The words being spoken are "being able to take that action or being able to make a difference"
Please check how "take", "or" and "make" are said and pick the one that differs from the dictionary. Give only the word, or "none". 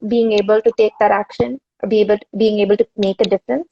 or